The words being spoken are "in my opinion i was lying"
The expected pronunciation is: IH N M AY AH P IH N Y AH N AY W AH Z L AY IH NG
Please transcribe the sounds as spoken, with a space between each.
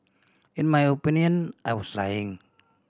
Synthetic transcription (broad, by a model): IH N M AY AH P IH N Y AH N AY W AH S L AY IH NG